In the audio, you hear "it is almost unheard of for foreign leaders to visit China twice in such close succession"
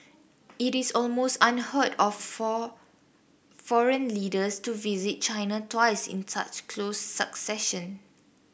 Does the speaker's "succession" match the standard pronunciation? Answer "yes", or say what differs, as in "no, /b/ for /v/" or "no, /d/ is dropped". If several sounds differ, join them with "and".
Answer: yes